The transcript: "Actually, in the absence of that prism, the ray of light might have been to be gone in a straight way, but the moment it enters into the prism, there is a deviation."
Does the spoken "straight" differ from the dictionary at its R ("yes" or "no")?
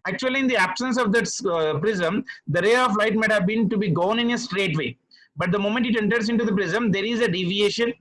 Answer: no